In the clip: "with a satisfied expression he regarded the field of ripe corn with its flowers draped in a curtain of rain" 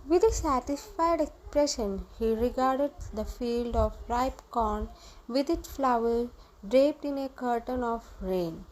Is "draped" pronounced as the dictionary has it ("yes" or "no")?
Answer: yes